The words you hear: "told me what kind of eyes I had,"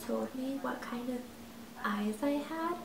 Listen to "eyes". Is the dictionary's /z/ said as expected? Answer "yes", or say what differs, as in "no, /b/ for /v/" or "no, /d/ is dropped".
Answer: no, /s/ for /z/